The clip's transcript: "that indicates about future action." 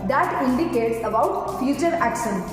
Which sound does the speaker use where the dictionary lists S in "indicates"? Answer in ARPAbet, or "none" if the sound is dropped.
S